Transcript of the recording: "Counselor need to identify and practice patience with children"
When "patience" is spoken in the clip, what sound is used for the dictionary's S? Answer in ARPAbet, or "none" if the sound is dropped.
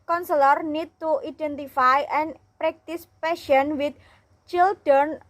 none